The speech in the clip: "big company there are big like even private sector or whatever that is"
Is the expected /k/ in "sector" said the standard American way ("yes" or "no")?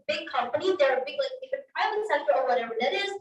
no